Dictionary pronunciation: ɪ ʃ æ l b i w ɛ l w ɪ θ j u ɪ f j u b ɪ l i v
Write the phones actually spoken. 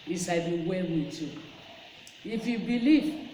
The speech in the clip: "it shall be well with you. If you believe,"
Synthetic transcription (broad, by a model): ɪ s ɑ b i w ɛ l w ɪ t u ɪ f j u b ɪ l i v